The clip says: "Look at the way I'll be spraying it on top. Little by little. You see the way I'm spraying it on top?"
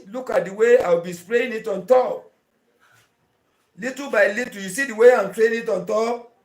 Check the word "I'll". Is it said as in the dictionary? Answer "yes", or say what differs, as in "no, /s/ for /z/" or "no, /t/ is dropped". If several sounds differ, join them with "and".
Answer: no, /w/ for /l/